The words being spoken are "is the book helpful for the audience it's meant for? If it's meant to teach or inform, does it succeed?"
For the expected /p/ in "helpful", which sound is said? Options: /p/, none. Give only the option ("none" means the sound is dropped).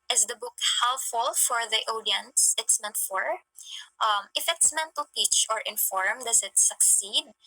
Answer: none